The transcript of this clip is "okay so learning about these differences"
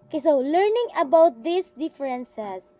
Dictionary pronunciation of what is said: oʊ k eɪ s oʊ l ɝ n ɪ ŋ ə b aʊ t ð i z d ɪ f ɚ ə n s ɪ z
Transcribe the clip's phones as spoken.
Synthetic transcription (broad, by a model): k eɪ s oʊ l ɝ n ɪ ŋ ə b aʊ t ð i s d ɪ f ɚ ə n s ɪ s